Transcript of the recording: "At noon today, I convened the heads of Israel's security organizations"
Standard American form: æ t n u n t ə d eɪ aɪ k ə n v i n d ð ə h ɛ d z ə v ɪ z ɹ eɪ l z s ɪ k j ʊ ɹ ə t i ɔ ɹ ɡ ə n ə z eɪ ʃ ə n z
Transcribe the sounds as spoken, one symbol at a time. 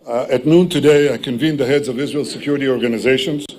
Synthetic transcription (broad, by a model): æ t n u n t ə d eɪ aɪ k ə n v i n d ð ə h ɛ d z ə v ɪ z ɹ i l s ɪ k j ʊ ɹ ə t i ɔ ɹ ɡ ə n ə z eɪ ʃ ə n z